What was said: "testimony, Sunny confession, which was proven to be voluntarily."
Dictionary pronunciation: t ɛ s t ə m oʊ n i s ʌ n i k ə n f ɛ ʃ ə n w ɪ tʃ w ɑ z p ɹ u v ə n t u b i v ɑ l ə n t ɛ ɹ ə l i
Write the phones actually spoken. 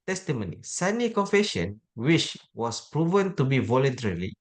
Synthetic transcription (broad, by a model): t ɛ s t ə m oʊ n i s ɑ n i k ə n f ɛ ʃ ə n w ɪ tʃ w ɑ s p ɹ u v ə n t u b i v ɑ l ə n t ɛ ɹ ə l i